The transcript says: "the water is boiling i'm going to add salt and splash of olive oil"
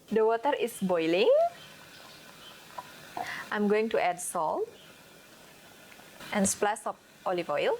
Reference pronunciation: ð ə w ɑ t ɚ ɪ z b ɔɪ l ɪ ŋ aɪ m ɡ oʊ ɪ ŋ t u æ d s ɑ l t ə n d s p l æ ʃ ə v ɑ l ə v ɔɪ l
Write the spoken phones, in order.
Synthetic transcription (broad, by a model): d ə w ɑ t ɚ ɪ s b ɔɪ l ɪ ŋ aɪ m ɡ oʊ ɪ ŋ t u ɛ d s ɑ l t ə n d s p l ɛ s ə p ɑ l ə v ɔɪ l